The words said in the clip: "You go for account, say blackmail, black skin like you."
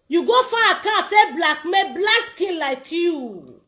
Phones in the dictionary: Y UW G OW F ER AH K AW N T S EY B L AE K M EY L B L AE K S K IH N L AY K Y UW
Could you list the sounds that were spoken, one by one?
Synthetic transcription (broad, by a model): Y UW G OW F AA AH K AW T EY B L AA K M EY B L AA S K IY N L AY K Y UW